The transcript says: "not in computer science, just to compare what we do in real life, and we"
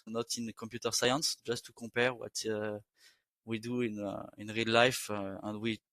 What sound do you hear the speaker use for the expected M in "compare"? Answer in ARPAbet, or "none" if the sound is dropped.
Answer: none